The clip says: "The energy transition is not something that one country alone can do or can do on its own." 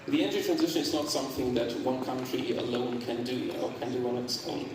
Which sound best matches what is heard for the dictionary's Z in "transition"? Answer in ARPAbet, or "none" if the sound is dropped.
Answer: Z